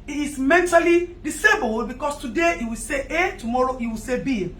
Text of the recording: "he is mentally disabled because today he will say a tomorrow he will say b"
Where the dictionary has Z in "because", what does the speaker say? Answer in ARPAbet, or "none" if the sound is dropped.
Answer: S